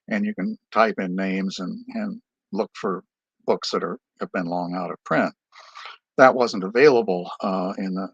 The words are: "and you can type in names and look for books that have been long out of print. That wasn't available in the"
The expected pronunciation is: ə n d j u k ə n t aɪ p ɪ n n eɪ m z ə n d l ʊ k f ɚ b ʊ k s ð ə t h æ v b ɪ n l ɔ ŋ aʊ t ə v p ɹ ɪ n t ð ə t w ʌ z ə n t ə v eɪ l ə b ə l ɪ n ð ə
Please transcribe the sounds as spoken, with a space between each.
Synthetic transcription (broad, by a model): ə n j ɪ k ə n t aɪ p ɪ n n eɪ m z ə n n l ʊ k f ɚ b ʊ k s ð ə t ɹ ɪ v b ɪ n l ɔ ŋ aʊ t ə v p ɹ ɪ n t ð ə t w ʌ z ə n t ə v eɪ l ə b l ɪ n ð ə